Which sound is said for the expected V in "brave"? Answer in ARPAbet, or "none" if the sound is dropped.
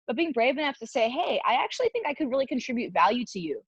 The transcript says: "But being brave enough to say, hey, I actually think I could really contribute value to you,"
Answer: V